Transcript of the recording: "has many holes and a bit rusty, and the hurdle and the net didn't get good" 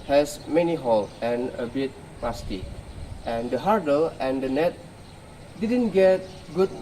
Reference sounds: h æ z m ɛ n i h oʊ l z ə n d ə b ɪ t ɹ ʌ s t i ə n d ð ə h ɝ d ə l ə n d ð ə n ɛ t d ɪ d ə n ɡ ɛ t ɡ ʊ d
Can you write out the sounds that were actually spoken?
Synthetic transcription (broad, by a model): h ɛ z m ɛ n i h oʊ l ə n ə b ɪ t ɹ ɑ s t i ə n d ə h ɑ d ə l ə n d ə n ɛ t d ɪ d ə n ɡ ɛ t ɡ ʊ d